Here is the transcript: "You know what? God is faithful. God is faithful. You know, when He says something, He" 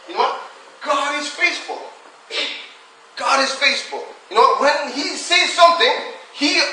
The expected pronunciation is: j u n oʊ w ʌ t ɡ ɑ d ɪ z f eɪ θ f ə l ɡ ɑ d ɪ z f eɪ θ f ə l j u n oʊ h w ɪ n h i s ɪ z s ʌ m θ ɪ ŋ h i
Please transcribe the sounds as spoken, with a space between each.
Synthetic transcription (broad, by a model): j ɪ n oʊ w ʌ t ɡ ɑ d ɪ z f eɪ s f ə l ɡ ɑ d ɪ z f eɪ s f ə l j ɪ n oʊ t w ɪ n h i s ɪ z s ʌ m θ ɪ ŋ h i